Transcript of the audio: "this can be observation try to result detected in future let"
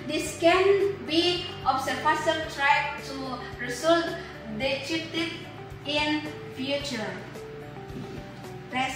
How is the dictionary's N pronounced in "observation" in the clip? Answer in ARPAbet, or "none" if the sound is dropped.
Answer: L